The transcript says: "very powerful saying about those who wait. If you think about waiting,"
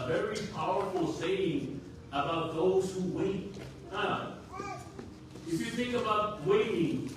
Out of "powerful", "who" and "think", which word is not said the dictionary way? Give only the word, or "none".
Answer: none